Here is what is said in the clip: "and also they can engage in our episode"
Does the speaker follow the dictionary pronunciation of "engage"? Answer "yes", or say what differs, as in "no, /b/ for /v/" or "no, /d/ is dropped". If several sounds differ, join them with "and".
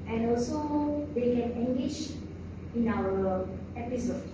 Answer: no, /ʃ/ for /dʒ/